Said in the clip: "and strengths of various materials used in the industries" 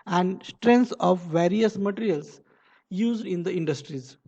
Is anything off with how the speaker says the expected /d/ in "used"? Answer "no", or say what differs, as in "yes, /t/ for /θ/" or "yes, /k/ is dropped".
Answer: no